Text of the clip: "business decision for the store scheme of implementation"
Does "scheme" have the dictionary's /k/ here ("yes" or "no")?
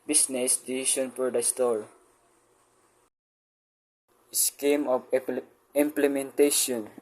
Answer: yes